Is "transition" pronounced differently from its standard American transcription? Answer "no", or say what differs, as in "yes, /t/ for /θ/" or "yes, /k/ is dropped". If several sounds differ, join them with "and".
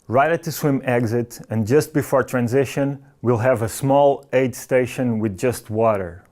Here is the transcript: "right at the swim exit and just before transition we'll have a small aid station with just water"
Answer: no